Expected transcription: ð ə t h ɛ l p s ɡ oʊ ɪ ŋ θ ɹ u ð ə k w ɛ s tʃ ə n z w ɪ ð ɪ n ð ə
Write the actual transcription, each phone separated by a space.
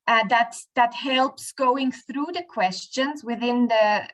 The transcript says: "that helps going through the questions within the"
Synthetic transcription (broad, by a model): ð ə t h ɛ l p s ɡ oʊ ɪ ŋ θ ɹ u ð ə k w ɛ s tʃ ə n z w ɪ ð ɪ n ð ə